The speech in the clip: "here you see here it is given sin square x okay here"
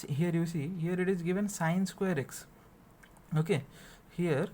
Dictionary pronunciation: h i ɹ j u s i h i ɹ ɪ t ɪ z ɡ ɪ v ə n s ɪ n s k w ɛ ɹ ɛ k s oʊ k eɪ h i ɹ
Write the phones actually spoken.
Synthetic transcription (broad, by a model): h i ɹ j u s i h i ɹ ɪ t ɪ z ɡ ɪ v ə n s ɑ n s k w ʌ ɹ ɛ k s oʊ k eɪ h i ɹ